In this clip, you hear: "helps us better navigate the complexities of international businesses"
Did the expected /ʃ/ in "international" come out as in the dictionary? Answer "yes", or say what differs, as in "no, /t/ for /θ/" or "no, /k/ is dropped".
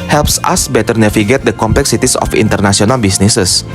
no, /s/ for /ʃ/